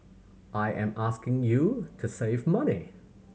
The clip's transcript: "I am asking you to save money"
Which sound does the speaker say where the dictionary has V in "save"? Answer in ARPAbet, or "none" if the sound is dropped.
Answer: V